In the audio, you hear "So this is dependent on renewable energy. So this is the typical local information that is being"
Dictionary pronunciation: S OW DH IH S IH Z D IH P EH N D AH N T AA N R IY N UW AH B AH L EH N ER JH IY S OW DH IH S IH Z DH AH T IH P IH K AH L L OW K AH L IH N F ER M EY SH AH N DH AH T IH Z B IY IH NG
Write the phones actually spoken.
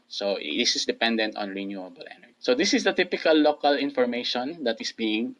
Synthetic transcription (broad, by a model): S OW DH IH S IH S D IH P EH N D AH N T AA N R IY N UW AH B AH L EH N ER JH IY S OW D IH S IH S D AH T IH P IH K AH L L OW K AH L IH N F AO M EY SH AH N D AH T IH S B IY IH NG